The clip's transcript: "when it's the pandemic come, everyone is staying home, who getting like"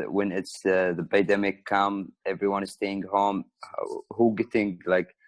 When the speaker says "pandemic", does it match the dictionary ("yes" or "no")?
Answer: no